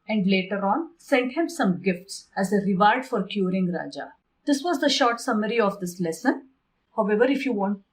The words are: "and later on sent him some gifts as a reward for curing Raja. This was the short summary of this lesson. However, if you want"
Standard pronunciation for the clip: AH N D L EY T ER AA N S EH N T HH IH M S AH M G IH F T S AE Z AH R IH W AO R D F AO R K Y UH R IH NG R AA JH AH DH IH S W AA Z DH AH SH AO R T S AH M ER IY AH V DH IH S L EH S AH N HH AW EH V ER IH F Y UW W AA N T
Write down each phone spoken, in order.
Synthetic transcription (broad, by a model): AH N D L EY T ER AA N S EH N T HH IH M S AH M G IH F T S AE Z AH R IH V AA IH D F AO R K Y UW R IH NG R AA JH AH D IH S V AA Z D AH SH AO R T S AH M ER IY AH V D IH S L EH S AH N HH AW EH V ER IH F Y UW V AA N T